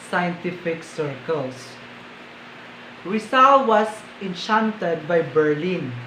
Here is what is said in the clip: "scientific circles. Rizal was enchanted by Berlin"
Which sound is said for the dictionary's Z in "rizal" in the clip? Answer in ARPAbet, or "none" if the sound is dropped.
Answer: S